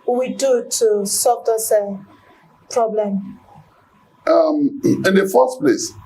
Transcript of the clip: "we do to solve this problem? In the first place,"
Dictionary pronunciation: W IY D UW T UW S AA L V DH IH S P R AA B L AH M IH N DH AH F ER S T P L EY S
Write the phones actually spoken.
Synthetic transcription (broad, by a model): W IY D UW T UW S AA V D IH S P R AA B L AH M IH N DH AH F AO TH P L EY S